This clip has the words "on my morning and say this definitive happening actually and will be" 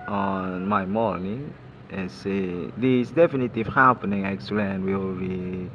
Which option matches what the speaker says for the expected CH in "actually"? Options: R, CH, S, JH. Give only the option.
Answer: S